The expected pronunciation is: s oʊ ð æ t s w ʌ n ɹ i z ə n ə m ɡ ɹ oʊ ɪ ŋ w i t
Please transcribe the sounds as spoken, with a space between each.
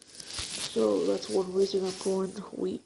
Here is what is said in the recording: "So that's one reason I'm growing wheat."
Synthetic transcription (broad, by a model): s oʊ ð æ t s w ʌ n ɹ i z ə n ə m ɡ oʊ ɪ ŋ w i